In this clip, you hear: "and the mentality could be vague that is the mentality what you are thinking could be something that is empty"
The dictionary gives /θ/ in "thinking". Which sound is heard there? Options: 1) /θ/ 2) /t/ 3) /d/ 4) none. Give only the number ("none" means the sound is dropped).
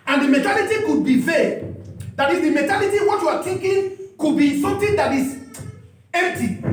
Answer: 2